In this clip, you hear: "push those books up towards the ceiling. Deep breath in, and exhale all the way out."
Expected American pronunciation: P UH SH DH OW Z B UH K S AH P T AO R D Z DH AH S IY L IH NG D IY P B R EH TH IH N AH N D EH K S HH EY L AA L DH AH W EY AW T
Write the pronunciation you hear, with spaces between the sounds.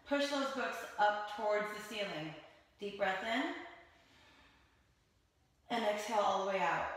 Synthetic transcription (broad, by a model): P UH SH DH OW Z B UH K S AH P T AO R D Z DH AH S IY L IH NG D IY P B R EH TH IH N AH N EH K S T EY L AA L DH AH W EY AW T